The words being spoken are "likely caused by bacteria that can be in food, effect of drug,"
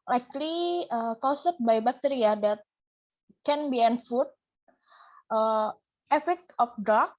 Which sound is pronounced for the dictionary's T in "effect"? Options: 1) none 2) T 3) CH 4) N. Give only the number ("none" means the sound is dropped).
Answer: 1